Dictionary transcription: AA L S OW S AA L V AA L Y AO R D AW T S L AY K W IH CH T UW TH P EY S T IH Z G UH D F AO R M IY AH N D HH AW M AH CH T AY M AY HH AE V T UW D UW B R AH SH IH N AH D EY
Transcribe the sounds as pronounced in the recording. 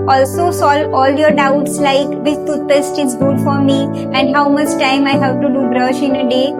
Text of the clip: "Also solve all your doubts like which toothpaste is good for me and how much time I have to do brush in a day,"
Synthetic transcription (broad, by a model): AA L S OW S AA L AA L Y AO R D AW T S L AY K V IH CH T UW T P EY S T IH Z G UH D F AO R M IY AH N D HH AW M AH CH T AY M AY HH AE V T UW D UW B R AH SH IH N AH D EY